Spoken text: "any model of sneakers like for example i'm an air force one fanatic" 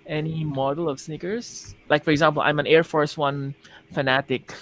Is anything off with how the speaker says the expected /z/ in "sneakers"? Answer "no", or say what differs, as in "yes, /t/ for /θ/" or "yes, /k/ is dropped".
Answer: yes, /s/ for /z/